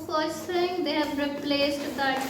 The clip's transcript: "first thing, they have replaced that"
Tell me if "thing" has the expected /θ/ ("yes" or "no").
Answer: no